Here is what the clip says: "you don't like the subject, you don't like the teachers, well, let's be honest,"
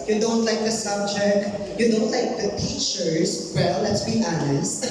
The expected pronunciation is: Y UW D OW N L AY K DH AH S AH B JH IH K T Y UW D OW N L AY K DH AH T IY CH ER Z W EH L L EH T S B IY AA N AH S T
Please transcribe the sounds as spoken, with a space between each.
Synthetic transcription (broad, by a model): Y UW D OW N L AY K DH AH S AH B CH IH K Y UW D OW N L AY K DH AH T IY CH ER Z W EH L L EH T S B IY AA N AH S